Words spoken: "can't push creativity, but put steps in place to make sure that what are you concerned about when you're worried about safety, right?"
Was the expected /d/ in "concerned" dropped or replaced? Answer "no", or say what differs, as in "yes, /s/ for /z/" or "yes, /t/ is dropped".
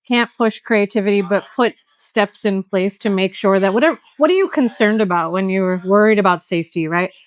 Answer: no